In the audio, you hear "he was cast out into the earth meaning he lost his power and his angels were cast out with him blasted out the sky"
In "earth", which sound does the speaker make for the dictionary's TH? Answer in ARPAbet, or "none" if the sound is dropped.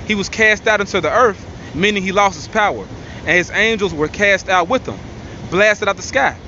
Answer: TH